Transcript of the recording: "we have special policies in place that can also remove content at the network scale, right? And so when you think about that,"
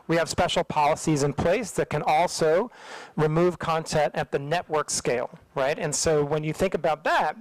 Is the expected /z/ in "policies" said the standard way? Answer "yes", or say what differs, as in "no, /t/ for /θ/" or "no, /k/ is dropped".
yes